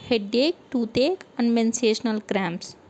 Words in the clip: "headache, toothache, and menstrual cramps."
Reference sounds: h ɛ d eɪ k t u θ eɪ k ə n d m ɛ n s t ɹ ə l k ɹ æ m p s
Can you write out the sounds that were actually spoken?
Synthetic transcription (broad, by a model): h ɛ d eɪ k t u t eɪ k ə n d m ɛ n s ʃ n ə l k ɹ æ m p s